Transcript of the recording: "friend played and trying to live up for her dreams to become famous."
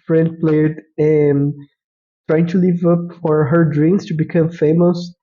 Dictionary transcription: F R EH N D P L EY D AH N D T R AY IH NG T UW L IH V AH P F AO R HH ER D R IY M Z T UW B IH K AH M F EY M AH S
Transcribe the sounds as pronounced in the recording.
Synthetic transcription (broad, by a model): F R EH N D P L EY AH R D T R AY IH NG T UW L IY V AH P F AO R HH ER D R IY M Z T UW B IH K AH M F EY M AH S